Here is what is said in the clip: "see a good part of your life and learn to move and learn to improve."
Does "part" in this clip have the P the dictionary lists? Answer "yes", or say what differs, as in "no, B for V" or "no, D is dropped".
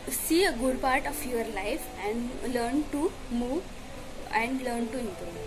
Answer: yes